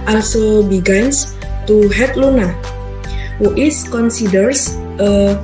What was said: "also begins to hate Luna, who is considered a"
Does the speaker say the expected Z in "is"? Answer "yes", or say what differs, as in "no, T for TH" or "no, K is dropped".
no, S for Z